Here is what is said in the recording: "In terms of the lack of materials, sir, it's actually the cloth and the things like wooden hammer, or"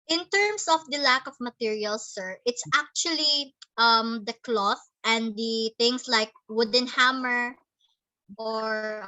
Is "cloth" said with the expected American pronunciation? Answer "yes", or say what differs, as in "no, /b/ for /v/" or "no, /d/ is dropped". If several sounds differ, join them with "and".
yes